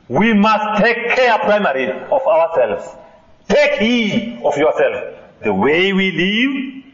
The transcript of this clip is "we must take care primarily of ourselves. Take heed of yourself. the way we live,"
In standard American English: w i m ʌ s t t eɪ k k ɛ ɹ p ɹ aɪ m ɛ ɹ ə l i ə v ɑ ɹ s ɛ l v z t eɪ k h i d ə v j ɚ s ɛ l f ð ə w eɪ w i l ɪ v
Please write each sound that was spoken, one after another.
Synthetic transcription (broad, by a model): w i m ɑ s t t eɪ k k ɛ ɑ p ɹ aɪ m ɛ ɹ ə i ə w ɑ s ɛ l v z t eɪ k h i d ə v j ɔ s ɛ l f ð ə w eɪ w i l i v